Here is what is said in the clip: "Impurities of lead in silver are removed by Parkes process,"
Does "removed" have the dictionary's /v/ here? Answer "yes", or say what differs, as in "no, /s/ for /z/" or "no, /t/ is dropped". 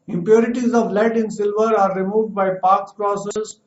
yes